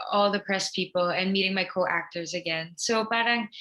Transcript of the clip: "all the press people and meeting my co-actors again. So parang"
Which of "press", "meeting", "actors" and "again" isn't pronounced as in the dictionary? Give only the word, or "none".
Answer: none